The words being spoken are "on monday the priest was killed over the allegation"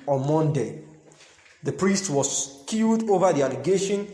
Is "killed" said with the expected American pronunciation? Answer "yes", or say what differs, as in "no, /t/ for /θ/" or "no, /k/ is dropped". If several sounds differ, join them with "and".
no, /l/ is dropped